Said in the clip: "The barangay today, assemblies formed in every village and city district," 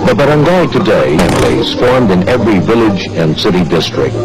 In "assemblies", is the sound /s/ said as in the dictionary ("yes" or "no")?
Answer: no